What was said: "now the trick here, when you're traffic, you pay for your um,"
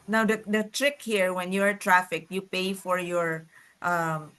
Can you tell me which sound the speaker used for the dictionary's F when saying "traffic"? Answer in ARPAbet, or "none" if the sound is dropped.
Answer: F